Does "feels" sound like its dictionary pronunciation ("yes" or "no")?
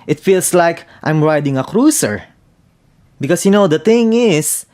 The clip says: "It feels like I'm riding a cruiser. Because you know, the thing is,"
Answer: no